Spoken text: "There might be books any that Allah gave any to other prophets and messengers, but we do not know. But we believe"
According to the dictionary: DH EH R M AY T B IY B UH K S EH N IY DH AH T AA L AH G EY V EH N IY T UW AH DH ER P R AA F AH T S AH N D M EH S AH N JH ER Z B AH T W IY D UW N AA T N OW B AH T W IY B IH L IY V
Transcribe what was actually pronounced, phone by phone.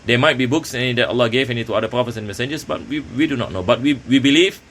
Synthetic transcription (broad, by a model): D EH M AY T B IY B UH K S EH N IY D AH T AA L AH G EY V EH N IY T UW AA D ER P R AA F AH T S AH N M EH S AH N JH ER S B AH T W IY D UW N AA T N OW B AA T W IY B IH L IY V